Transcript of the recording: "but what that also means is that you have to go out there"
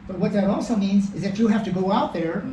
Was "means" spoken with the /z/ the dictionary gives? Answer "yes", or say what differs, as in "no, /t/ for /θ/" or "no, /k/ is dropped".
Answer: yes